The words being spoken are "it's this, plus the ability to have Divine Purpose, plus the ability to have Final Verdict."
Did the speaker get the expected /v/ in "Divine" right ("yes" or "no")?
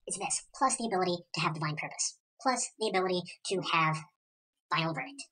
yes